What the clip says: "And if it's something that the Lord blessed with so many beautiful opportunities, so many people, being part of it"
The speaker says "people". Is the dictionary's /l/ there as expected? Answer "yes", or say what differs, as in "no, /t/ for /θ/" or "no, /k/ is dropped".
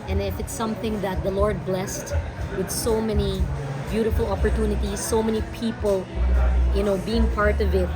no, /n/ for /l/